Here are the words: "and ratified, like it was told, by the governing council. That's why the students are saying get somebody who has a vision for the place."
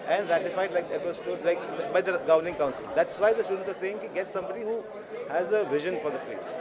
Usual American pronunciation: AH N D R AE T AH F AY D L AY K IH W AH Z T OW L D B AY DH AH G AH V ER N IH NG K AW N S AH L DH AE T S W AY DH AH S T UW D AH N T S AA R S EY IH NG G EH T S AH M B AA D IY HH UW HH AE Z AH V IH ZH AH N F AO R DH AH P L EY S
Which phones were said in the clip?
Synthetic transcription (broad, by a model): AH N D R AE T AH F AY D L AY K IH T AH S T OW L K B AY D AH G AH V ER N IH NG K AW N S AH L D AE T S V AY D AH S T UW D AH N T S AA R S EY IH NG G EH T S AH M B AA D IY HH UW HH AE Z AH V IH ZH AH N F AO R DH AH P L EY S